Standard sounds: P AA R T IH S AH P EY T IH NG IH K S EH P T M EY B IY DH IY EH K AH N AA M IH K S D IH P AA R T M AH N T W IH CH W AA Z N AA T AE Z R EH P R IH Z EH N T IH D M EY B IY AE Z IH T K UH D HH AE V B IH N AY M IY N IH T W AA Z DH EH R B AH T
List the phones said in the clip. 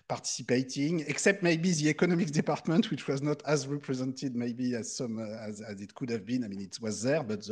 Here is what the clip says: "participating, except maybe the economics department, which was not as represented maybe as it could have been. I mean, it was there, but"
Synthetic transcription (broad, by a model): P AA R T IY S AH P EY T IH NG IH K S EH P T M EY B IY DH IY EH K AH N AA M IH K D IH P AA R T M AH N T W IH CH W AA Z N AA T AE Z R EH P R IH Z EH N T IH D M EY B IY AE Z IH T K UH D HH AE V B IH N AY M IY N IH T W AA Z DH EH R B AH T